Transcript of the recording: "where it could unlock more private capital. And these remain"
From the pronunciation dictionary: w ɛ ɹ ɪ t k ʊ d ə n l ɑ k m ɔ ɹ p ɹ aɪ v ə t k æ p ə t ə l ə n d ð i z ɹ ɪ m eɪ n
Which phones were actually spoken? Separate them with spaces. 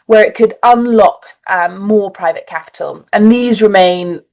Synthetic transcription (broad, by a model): w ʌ ɹ ɪ t k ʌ d ə n l ɑ k m ɔ p ɹ aɪ v ə t k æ p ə t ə l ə n ð i z ɹ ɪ m eɪ n